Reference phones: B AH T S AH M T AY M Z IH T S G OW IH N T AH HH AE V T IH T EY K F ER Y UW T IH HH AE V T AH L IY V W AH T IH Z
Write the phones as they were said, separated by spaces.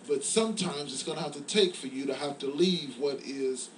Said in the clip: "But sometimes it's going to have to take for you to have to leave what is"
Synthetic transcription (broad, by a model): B AH T S AH M T AY M Z IH T S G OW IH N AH HH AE F T IH T EY K F ER Y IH T IH HH AE F T AH L IY V W AH T IH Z